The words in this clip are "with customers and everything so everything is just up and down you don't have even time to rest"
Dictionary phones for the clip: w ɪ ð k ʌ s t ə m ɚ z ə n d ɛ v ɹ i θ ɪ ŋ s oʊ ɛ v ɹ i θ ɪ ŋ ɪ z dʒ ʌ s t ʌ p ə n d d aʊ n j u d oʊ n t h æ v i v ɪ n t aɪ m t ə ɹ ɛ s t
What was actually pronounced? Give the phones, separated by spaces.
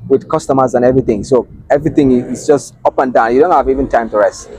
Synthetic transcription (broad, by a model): w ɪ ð k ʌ s t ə m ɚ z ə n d ɛ v ɹ i θ ɪ ŋ s oʊ ɛ v ɹ i θ ɪ ŋ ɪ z dʒ ʌ s t ʌ p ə n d d aʊ n j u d oʊ n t h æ v i v ɪ n t aɪ m t ə ɹ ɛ s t